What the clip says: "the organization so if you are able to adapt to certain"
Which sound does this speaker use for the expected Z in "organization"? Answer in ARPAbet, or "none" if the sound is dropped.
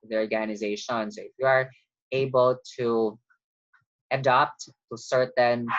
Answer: Z